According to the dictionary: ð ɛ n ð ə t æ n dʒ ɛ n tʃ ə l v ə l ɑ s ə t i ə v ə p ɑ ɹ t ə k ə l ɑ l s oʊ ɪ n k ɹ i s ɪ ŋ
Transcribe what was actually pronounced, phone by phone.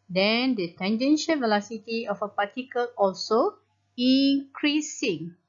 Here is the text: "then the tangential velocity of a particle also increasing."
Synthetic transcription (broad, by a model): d ɛ n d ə t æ n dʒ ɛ n ʃ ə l v ə l ɑ s ə t i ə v ə p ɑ t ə k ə l ɑ l s oʊ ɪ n k ɹ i s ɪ ŋ